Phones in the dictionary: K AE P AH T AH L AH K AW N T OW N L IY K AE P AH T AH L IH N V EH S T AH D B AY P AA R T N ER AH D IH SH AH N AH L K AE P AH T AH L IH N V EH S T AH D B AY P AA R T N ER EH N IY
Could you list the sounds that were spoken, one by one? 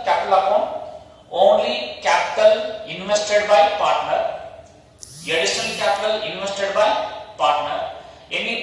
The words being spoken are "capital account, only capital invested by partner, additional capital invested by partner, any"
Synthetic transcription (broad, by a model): K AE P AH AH L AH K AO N OW N L IY K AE P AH T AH L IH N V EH S T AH D B AY P AA R T N ER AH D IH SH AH N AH L K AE P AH T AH L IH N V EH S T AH D B AY P AA R T N ER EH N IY